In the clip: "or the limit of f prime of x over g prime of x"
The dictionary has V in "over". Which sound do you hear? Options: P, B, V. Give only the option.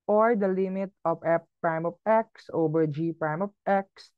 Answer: B